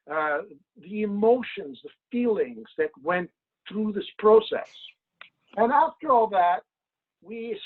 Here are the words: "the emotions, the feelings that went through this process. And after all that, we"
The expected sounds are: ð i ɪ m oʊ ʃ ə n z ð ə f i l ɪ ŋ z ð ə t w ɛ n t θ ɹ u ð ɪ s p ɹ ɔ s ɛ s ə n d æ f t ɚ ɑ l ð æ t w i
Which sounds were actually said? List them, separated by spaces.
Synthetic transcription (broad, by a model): ð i ɪ m oʊ ʃ ə n z ð ə f i l ɪ ŋ z ð ə t w ɛ n t θ ɹ u ð ɪ s p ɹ ɔ s ɛ s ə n æ f t ɚ ɑ l ð æ t w i